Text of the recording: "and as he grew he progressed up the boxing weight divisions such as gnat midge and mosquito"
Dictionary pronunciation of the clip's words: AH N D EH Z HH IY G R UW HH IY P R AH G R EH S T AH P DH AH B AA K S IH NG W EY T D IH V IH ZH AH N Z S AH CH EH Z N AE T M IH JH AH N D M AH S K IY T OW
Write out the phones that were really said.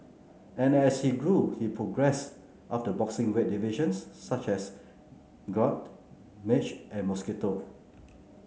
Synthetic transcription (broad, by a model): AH N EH S HH IY G R UW HH IY P R AH G R EH S T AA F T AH B AA K S IH NG W EY T D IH V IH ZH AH N S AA CH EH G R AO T M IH CH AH N M AH S K IY T OW